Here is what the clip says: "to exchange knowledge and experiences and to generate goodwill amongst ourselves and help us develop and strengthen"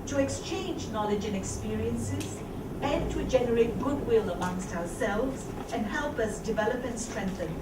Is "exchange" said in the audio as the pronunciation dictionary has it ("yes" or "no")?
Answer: yes